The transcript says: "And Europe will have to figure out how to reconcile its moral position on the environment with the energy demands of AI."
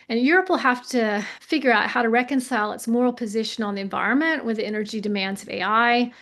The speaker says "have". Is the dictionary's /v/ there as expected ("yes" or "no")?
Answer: no